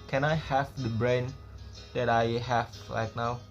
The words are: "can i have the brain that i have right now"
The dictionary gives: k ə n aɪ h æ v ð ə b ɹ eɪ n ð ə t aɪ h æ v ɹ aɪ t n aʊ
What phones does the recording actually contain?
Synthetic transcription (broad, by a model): k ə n aɪ h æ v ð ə b ɹ eɪ n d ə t aɪ h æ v l aɪ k n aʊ